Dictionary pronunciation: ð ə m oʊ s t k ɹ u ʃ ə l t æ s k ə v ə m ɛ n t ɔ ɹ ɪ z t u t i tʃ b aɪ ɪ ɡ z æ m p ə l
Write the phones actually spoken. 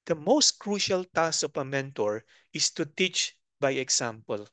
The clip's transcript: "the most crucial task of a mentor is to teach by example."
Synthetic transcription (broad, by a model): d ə m oʊ s t k ɹ u ʃ ə l t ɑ s ə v ə m ɛ n t ɔ ɹ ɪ s t u t i tʃ b aɪ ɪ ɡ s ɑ m p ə l